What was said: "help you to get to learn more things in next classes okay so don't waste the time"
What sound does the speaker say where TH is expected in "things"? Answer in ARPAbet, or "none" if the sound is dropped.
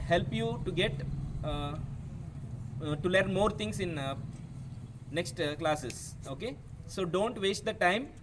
T